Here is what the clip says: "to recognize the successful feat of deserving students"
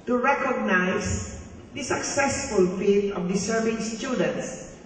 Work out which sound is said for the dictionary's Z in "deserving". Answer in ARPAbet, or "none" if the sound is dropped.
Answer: S